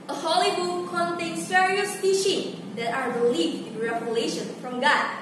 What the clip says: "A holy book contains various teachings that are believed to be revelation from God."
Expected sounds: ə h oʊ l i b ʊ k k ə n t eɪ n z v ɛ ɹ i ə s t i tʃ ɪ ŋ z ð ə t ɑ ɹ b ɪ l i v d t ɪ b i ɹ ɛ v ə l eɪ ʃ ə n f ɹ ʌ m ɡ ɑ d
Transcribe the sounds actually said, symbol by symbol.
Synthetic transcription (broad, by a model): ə h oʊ l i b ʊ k k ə n t eɪ n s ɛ ɹ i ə s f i ʃ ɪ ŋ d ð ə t ɑ ɹ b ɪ l i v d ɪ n ɹ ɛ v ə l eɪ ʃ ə n f ɹ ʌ m ɡ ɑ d